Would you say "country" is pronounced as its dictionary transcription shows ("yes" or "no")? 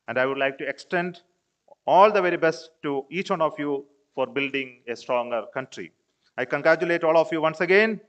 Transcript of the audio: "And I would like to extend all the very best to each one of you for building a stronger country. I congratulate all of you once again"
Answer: yes